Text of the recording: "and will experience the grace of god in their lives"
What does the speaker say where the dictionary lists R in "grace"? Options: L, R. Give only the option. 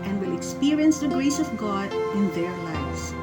L